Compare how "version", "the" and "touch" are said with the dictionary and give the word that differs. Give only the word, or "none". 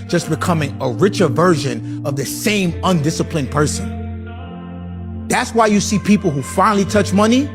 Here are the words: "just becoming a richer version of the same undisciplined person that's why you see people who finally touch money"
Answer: none